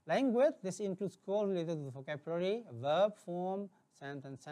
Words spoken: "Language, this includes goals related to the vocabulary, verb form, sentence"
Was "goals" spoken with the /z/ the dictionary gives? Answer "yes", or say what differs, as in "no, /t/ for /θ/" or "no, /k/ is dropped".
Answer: no, /z/ is dropped